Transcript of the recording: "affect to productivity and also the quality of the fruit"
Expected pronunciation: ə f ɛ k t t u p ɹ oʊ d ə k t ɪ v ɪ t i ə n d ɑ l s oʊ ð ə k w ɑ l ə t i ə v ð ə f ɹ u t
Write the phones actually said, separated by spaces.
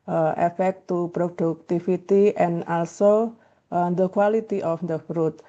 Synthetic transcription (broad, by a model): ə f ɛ k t t u p ɹ oʊ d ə k t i f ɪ t i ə n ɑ l s oʊ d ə k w ɑ l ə t i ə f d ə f ɹ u t